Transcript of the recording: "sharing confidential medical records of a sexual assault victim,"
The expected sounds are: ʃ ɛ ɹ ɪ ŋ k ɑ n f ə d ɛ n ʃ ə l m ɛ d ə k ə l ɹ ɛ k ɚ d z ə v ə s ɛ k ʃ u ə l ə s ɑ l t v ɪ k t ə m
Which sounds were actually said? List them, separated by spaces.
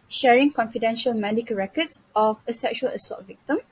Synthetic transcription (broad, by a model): ʃ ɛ ɹ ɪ ŋ k ɑ n f ə d ɛ n ʃ ə l m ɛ d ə k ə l ɹ ɛ k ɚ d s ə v ə s ɛ k ʃ u ə l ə s ɑ t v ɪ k t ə m